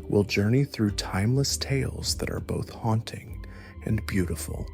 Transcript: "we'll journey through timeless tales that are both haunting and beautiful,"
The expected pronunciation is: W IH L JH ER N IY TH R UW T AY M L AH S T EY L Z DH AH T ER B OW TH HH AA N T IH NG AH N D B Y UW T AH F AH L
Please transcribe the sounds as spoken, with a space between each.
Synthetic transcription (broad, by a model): W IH L JH ER N IY TH R UW T AY M L AH S T EY L Z DH AH T ER B OW TH HH AA N T IH NG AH N B Y UW T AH F L